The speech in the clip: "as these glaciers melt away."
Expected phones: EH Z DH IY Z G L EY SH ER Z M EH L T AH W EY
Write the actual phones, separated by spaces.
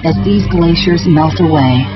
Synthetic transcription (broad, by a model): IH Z DH IY Z G L EY SH ER Z M EH L T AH W EY